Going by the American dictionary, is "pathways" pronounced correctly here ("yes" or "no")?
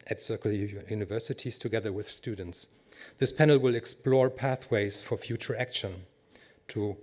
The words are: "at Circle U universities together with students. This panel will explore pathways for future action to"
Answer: yes